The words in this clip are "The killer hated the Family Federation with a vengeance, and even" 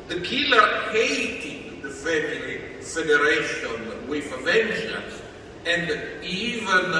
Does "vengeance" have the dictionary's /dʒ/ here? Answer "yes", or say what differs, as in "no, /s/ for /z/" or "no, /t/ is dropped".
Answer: no, /ʃ/ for /dʒ/